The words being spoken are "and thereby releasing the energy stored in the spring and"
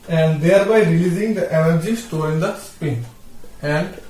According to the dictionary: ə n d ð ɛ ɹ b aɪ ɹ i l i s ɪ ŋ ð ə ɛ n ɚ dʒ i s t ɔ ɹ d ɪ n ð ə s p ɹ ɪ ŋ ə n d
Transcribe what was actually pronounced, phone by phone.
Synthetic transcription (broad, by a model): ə n d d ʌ ɹ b aɪ ɹ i l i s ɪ ŋ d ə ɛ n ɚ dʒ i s t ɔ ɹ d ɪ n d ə s p ɪ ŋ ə n d